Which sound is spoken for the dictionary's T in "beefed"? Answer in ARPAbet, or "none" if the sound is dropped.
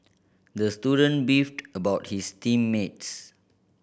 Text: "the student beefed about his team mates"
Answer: T